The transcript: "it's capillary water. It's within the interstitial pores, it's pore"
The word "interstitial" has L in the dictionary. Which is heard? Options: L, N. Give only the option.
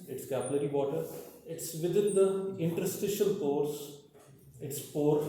L